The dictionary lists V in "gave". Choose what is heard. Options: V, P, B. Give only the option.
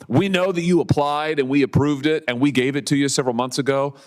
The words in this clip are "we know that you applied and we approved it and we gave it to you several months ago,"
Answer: V